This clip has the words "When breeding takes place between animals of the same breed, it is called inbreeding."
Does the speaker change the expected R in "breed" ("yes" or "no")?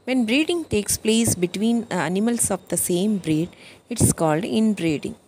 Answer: no